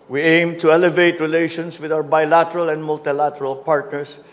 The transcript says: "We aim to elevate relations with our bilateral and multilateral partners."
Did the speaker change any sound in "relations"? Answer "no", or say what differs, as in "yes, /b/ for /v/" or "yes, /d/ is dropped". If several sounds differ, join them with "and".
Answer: yes, /s/ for /z/